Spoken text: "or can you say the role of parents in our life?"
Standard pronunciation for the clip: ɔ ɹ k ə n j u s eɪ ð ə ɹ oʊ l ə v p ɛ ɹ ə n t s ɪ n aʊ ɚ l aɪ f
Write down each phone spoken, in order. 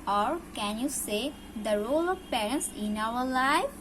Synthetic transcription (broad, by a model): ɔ ɹ k ə n j u s eɪ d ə ɹ oʊ l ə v p ɛ ɹ ə n t s ɪ n aʊ ɚ l aɪ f